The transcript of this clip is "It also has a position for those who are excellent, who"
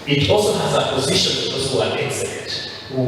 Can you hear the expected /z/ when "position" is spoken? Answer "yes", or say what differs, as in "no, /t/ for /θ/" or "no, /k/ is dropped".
yes